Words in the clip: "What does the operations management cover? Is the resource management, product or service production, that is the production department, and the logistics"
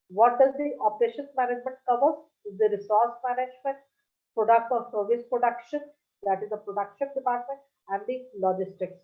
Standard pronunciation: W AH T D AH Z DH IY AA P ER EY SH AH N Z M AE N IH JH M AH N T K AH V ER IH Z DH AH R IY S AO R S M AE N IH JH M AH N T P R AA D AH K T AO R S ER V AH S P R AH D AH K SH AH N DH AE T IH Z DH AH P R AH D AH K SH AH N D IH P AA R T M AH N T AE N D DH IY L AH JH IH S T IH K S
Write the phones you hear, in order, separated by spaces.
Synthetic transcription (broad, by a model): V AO T D AH Z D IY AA P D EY SH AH N M AE N IH JH M AH N T K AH V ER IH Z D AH R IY S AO R S M AE N IH JH M AH N T P R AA D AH K T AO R S ER V AH S P R AH D AH K SH AH N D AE T IH Z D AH P R AH D AH K SH AH N D IH P AA R T M AH N T AE N D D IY L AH JH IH S T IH K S